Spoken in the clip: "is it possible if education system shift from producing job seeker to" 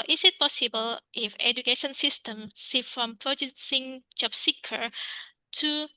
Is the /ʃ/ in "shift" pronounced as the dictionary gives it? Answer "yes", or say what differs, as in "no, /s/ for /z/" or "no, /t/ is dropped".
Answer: no, /s/ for /ʃ/